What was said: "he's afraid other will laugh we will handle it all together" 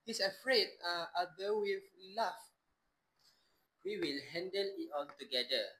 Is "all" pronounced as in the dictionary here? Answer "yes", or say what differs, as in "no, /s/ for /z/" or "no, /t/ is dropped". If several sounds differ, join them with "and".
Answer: no, /n/ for /l/